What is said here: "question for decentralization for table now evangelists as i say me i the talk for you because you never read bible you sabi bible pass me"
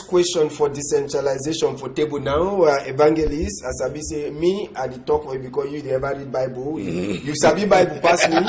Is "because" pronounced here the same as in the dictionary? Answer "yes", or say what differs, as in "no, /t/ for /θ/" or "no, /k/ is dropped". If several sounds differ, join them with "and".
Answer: no, /z/ is dropped